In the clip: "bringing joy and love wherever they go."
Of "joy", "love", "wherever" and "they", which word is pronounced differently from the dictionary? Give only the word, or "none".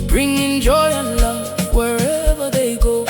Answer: none